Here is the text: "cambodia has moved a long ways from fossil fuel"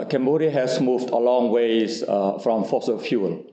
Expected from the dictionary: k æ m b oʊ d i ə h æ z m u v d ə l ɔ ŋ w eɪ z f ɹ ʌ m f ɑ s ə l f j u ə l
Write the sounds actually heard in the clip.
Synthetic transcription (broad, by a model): k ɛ m b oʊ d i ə h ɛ s m u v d ə l ɔ ŋ w eɪ s f ɹ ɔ m f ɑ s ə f j u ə l